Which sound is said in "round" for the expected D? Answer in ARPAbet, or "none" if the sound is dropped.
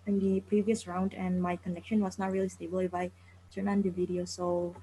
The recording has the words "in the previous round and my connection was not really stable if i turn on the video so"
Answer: D